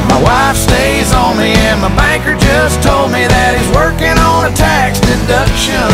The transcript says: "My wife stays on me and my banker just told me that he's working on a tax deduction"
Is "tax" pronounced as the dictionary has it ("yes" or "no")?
yes